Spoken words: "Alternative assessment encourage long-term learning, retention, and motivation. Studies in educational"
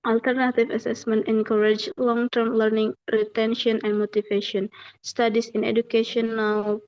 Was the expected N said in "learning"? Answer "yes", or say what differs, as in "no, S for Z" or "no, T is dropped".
yes